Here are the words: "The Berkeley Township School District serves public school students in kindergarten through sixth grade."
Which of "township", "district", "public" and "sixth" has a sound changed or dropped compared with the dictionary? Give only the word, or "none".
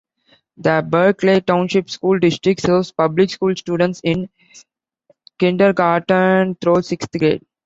sixth